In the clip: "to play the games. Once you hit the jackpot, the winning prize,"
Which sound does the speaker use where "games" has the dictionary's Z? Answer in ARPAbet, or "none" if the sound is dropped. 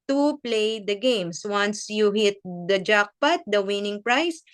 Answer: S